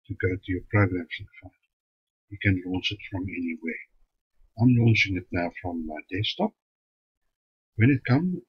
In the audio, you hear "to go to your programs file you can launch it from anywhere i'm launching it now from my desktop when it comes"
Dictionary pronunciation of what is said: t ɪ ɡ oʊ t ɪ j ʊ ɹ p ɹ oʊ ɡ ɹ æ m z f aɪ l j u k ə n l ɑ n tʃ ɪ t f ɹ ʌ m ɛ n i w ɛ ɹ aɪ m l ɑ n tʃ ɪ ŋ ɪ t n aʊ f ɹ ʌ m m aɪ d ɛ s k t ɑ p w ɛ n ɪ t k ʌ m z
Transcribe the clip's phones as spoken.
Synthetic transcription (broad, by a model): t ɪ ɡ oʊ t ɪ j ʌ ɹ p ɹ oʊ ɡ ɹ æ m s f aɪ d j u k ə n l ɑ n s ɪ t f ɹ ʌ m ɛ n i w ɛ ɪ aɪ m l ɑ n s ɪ ŋ ɪ t n aʊ f ɹ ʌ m m aɪ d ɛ s t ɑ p w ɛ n ɪ t k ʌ m